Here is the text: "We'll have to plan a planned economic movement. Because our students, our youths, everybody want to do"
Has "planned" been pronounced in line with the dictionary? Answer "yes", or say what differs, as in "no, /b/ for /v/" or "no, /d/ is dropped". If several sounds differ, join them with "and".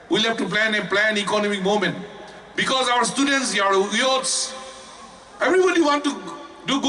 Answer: no, /d/ is dropped